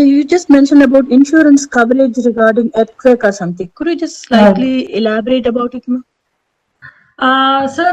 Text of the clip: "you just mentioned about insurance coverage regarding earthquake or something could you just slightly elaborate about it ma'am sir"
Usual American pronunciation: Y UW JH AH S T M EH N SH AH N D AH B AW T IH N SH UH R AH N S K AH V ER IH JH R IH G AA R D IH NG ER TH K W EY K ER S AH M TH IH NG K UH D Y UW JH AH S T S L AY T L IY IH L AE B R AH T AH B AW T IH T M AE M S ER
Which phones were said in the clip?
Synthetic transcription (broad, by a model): Y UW JH AH S T M EH N SH AH N D AH B AW T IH N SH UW R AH N S K AH V ER IH JH R IH G AA R D IH NG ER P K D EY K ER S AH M T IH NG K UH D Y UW JH AH S T S L AY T L IY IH L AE B R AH T AH B AW T IH T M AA S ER